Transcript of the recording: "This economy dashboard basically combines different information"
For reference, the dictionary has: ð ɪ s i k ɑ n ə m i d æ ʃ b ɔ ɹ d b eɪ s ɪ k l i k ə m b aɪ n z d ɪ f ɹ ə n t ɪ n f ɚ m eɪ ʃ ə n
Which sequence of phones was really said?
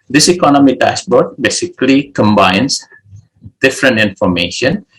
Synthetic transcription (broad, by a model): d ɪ s i k ɑ n ə m i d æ s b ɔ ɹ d b eɪ s ɪ k l i k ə m b aɪ n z d ɪ f ɹ ə n t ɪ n f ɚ m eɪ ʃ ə n